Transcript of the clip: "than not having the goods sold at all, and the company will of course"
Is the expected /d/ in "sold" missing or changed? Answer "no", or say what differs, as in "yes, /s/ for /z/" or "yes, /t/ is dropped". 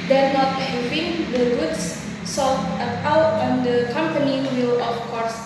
yes, /d/ is dropped